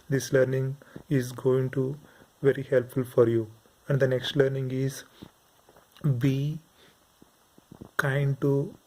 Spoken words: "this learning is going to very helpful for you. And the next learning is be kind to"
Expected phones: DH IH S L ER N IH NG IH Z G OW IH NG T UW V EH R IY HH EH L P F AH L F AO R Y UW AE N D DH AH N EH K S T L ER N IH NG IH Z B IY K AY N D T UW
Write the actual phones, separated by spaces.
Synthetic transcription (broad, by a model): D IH S L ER N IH NG IH Z G OW IH NG T UW V EH R IY HH EH L P F AH L F AO R Y UW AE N D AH N EH K S T L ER N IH NG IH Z B IY K AY N D T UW